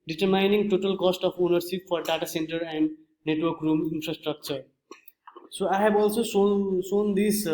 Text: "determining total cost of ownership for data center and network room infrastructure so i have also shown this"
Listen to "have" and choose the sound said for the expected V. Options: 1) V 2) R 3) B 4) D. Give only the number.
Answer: 3